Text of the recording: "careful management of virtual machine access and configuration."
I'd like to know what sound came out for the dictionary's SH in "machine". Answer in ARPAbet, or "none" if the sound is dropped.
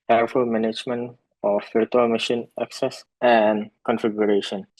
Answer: SH